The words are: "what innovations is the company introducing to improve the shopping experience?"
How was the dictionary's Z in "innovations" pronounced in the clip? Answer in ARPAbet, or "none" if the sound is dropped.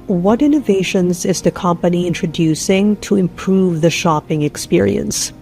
Z